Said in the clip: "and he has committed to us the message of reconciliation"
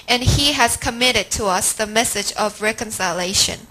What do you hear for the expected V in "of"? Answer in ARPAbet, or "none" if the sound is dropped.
V